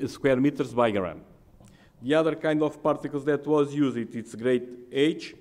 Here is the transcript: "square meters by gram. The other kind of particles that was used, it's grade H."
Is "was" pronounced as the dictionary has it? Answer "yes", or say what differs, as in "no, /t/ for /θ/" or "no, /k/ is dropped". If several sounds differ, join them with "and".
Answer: yes